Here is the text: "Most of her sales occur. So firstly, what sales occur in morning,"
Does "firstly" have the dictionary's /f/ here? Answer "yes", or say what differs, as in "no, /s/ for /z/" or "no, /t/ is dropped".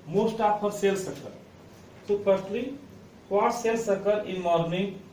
no, /p/ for /f/